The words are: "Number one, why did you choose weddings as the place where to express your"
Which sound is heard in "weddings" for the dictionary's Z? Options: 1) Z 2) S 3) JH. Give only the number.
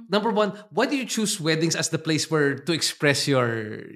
2